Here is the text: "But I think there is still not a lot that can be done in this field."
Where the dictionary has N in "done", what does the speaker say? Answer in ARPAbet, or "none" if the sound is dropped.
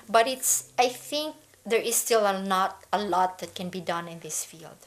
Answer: N